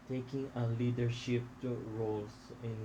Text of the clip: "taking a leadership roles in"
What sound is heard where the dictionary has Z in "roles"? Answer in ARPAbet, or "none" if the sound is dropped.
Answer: S